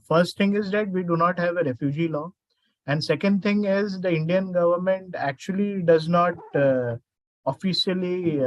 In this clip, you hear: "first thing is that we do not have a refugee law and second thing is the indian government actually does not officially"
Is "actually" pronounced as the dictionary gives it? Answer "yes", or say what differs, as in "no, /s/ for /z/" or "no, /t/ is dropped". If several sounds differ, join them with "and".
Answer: yes